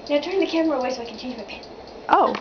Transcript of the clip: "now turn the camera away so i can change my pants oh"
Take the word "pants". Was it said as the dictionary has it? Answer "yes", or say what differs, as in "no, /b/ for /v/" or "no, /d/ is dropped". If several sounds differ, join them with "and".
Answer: no, /s/ is dropped